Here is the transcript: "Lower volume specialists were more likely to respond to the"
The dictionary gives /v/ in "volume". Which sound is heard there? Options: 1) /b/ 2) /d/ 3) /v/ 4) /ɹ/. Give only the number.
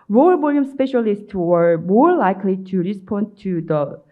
1